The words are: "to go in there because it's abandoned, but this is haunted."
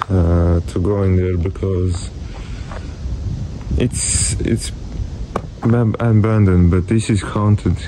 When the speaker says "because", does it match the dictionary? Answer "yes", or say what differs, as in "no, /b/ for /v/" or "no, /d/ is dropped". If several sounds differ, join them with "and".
yes